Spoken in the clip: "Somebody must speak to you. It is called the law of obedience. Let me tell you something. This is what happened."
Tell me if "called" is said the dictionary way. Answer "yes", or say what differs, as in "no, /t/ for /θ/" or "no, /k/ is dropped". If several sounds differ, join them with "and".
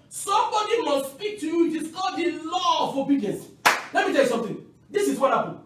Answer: no, /l/ is dropped